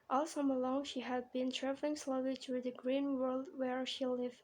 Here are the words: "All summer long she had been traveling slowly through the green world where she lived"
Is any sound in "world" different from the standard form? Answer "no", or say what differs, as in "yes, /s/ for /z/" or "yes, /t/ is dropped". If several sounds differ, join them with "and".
no